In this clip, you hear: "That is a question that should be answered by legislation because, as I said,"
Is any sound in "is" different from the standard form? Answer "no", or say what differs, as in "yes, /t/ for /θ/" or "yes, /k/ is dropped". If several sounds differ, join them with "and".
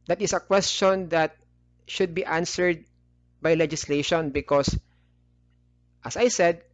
yes, /s/ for /z/